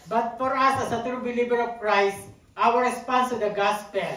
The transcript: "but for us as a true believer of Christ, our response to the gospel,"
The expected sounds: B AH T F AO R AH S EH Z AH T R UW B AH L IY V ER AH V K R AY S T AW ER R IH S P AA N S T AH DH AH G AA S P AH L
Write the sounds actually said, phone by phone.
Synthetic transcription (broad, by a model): B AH T F AO R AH S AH S AH T R UW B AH L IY B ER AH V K R AY S T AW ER R IH S P AA N S T AH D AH G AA S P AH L